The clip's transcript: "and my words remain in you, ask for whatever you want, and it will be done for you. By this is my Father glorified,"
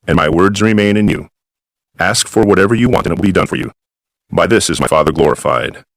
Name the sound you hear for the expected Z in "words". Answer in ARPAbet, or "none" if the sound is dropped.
Z